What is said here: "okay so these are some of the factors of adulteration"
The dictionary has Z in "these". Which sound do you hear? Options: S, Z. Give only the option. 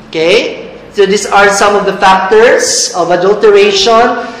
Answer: S